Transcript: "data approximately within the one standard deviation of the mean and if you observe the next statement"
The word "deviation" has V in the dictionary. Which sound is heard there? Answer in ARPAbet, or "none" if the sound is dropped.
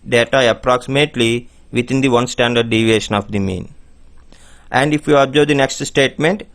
V